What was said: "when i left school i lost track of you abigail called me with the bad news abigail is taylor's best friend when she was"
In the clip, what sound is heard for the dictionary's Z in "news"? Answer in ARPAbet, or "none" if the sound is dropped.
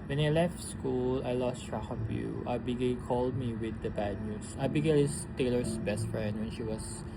S